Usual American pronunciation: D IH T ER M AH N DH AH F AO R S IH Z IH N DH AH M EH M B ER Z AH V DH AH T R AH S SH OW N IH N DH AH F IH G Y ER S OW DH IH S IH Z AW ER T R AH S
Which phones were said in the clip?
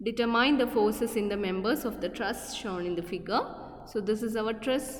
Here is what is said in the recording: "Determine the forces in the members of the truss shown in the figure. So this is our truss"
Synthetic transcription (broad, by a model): D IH T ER M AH N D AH F AO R S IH S IH N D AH M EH M B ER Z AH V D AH T R AH S SH OW N IH N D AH F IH G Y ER S OW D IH S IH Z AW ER T R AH S